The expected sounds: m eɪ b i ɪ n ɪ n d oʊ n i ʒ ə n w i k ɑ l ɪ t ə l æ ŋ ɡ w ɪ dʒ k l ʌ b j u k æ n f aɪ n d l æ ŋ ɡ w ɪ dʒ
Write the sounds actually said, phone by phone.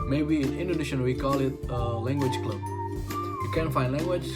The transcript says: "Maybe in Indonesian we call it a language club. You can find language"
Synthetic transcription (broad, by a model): m eɪ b i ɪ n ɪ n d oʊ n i ʃ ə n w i k ɑ l ɪ t l æ ŋ ɡ w ɪ dʒ k l ʌ b j u k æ n f aɪ n l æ ŋ ɡ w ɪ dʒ